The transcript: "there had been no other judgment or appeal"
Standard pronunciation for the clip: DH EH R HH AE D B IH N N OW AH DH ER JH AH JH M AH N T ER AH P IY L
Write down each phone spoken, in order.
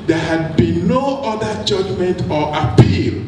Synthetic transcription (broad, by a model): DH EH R HH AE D B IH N N OW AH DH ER JH AH JH M AH N T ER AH P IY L